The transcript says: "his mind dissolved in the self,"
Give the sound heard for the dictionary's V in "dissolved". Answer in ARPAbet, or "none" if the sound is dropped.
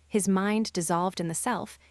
V